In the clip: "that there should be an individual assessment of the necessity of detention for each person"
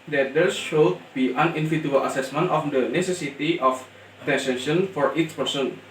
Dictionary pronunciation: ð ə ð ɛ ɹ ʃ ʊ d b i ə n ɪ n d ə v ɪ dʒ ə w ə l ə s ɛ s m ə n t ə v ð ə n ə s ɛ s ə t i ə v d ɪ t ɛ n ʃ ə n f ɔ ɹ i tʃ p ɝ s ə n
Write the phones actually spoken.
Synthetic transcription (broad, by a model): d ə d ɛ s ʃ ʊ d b i ə n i n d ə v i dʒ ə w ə l ə s ɛ s m ə n t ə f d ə n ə s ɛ s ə t i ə f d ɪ s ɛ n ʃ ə n f ɔ ɹ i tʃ p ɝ s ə n